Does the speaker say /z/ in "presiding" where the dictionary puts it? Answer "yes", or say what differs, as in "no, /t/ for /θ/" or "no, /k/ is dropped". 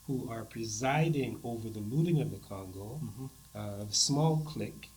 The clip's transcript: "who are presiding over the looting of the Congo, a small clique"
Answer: yes